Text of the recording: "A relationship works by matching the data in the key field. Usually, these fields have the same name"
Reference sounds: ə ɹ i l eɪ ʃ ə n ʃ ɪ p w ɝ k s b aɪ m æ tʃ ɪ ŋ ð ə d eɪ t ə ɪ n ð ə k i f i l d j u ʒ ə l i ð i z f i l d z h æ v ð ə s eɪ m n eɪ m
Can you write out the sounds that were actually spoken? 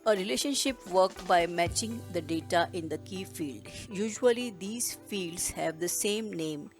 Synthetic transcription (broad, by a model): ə ɹ i l eɪ ʃ ə n ʃ ɪ p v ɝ k b aɪ m æ tʃ ɪ ŋ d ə d eɪ t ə ɪ n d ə k i f i l d j u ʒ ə l i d i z f i l d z h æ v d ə s eɪ m n eɪ m